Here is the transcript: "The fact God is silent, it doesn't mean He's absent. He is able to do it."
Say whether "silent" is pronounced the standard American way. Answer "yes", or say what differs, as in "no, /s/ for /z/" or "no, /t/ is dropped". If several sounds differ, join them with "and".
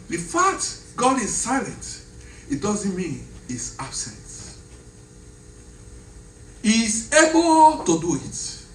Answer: yes